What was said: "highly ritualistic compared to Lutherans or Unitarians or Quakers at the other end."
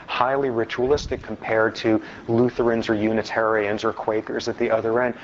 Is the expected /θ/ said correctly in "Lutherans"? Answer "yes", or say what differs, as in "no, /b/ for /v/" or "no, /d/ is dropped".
yes